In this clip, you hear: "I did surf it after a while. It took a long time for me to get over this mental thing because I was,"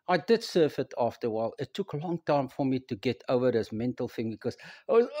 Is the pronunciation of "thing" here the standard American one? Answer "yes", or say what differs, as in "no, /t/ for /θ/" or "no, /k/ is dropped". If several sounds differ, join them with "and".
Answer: yes